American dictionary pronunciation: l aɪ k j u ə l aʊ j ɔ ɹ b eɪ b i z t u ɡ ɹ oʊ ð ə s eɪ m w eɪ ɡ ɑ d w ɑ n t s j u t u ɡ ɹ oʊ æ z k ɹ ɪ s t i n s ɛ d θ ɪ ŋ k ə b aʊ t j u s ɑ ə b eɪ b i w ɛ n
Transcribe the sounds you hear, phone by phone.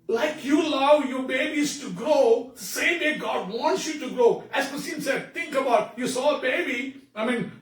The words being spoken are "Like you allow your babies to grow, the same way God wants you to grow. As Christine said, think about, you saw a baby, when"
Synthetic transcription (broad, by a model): l aɪ k j u ə l aʊ j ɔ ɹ b eɪ b i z t u ɡ ɹ oʊ s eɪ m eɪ ɡ ɑ d w ɑ n t s j u t u ɡ ɹ oʊ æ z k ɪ s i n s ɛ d t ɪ ŋ k ə b aʊ t j u s ɑ ə b eɪ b i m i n